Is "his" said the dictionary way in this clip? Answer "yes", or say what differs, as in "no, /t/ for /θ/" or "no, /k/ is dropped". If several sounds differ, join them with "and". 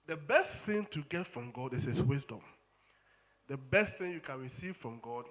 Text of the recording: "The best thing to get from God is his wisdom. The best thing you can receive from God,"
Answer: no, /s/ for /z/